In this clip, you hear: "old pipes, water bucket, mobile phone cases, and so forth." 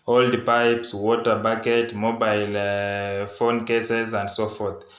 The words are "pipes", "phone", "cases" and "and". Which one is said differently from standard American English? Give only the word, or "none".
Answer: none